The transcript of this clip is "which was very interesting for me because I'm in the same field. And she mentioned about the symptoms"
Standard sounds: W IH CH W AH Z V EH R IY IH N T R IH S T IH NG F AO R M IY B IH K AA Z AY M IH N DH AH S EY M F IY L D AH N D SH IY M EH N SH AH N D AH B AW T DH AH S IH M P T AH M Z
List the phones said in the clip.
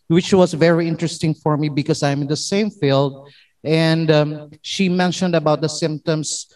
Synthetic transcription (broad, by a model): W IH CH W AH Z V EH R IY IH N T R IH S T IH NG F AO R M IY B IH K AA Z AY M IH N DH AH S EY M F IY L D AH N D SH IY M EH N SH AH N D AH B AW T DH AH S IH M P T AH M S